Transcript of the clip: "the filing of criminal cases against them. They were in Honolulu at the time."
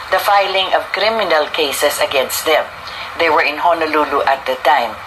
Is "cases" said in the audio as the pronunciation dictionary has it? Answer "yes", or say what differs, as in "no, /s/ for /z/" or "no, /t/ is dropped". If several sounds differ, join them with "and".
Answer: no, /s/ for /z/